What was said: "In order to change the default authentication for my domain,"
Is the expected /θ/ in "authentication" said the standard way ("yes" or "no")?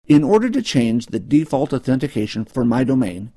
yes